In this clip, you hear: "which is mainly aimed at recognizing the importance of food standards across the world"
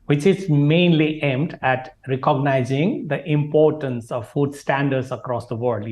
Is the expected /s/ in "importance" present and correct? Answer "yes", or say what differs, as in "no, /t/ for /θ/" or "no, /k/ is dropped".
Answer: yes